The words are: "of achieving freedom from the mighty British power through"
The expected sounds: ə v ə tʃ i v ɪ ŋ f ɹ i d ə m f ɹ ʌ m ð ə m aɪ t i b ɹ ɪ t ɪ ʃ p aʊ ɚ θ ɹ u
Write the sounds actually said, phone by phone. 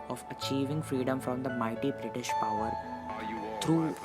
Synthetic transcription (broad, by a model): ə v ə tʃ i v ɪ ŋ f ɹ i d ə m f ɹ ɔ m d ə m aɪ t i b ɹ ɪ t ɪ ʃ p aʊ ɚ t ɹ u